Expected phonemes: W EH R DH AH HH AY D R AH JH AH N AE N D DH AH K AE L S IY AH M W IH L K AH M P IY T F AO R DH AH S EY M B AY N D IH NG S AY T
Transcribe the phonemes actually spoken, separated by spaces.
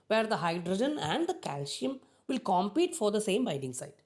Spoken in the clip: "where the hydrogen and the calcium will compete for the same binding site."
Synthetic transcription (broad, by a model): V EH R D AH HH AY D R AH JH AH N AE N D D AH K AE L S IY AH M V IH L K AH M P IY T F AO R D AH S EY M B AY D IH NG S AY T